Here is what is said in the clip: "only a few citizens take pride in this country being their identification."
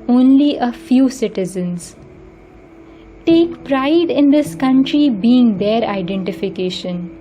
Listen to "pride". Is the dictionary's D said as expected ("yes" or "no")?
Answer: yes